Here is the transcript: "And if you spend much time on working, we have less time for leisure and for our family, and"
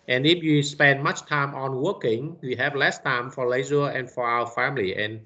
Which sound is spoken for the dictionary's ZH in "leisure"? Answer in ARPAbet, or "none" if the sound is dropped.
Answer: Z